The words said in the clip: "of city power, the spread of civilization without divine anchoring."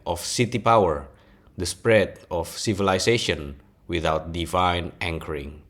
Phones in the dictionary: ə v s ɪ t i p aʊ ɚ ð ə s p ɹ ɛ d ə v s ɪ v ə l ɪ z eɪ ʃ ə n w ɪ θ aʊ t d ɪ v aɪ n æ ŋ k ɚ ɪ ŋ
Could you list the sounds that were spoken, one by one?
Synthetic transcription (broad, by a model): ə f s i t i p aʊ ɚ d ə s p ɹ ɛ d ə f s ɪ v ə l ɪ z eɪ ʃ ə n w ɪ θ aʊ t d ɪ v aɪ n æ ŋ k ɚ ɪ ŋ